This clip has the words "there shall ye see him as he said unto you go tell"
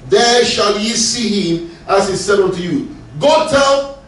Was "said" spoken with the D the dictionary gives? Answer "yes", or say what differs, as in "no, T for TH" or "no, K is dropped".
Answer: yes